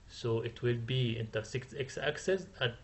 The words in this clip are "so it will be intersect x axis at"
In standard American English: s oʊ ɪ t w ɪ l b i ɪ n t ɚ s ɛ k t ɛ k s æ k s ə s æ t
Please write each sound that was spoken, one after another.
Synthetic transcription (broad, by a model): s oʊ ɪ t w ɪ l b i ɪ n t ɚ s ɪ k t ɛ k s æ k s ə s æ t